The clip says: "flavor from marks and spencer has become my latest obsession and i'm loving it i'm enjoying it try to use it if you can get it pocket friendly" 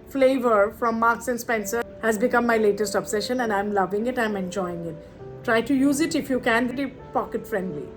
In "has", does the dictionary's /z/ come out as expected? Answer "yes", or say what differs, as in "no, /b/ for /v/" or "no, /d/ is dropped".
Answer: yes